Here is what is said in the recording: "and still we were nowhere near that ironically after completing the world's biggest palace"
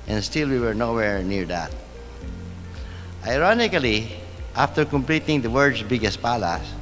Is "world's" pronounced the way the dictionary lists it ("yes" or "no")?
no